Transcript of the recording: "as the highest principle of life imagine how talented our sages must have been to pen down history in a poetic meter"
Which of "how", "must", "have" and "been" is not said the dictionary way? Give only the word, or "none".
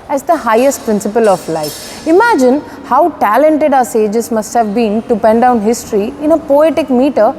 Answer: none